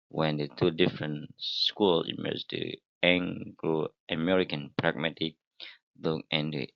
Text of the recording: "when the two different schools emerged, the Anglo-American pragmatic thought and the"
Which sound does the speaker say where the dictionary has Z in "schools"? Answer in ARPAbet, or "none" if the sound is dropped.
none